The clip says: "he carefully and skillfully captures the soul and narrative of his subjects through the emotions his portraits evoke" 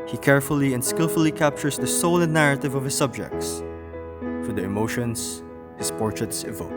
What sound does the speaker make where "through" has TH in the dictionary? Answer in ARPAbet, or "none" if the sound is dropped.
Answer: F